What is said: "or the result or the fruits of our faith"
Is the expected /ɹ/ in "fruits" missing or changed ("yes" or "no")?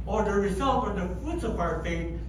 yes